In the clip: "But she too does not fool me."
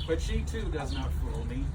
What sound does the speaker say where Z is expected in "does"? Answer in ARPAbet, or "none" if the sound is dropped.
Z